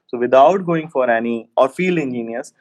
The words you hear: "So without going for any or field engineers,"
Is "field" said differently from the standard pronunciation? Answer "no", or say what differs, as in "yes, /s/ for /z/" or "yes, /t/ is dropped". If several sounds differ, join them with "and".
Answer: yes, /d/ is dropped